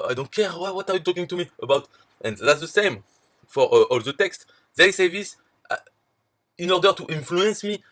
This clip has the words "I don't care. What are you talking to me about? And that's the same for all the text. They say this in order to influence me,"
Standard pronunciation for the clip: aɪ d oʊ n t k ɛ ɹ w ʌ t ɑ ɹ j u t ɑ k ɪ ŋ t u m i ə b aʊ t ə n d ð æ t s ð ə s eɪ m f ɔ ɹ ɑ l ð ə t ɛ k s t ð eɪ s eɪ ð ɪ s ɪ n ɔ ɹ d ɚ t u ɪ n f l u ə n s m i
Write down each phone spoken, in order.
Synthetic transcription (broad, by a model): aɪ d oʊ n t k ɛ w w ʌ t ɑ ɹ j u t ɑ k ɪ ŋ t u m i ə b aʊ t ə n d ð æ t s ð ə s eɪ m f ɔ ɹ ɑ l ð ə t ɛ k s t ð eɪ s eɪ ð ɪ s ɪ n ɔ ɹ d ɚ t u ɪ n f l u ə n s m i